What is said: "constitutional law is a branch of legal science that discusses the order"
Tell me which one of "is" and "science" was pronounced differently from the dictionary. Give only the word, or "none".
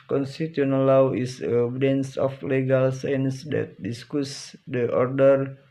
is